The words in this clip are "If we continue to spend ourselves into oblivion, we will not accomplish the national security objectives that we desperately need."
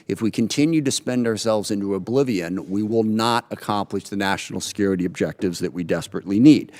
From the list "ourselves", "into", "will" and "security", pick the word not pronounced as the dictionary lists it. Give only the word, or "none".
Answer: none